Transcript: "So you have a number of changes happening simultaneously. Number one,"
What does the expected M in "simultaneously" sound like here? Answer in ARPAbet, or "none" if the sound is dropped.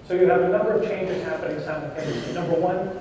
none